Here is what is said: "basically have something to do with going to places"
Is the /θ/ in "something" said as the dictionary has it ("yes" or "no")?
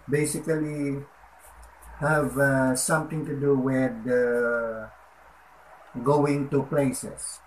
no